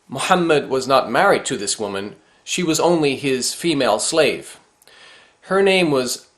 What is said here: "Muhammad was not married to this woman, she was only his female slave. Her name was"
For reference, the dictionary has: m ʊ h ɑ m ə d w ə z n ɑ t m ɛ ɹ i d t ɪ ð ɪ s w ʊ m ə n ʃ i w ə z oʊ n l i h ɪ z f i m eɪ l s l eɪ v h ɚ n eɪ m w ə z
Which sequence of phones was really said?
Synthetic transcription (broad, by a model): m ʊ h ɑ m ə d w ə z n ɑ t m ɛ ɹ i d t ɪ ð ɪ s w ʊ m ə n ʃ i w ə z oʊ n l i ɪ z f i m eɪ l s l eɪ v h ɚ n eɪ m w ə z